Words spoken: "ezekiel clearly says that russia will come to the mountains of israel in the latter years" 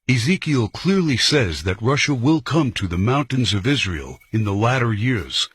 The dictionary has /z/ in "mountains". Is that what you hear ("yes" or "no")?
yes